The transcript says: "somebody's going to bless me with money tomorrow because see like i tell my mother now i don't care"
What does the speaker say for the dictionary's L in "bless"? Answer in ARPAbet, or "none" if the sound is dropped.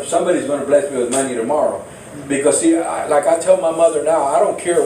L